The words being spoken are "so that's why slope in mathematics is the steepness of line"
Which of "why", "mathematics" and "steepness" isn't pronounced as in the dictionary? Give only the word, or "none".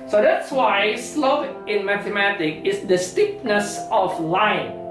mathematics